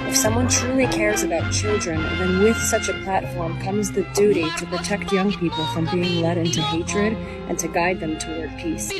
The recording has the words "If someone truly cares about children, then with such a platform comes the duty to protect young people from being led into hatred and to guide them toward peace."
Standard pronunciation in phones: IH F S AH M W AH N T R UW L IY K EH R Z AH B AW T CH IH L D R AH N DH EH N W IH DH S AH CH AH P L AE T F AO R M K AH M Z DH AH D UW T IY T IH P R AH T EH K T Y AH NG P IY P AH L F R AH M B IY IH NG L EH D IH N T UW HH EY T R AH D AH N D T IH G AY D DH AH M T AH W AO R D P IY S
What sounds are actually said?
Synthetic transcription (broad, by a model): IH F S AH M W AH N T R UW L IY K EH R Z AH B AW T CH IH L D R AH N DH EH N W IH DH S AH CH AH P L AE T F AO R M K AH M Z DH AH D UW T IY T IH P R AH T EH K T Y AH NG P IY P L F R AH M B IY IH NG L EH D IH N T UW HH EY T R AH D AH N T IH G AY D DH AH M T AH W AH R P IY S